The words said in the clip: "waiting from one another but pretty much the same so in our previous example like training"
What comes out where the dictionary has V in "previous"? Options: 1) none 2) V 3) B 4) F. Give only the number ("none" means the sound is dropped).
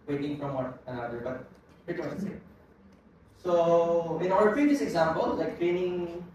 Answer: 4